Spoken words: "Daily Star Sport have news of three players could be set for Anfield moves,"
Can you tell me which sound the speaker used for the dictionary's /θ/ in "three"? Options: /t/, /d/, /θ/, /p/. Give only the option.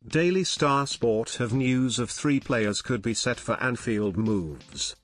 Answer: /θ/